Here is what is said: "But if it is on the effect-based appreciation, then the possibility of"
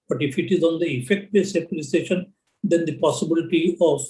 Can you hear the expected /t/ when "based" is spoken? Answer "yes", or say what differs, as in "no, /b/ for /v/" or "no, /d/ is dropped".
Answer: no, /t/ is dropped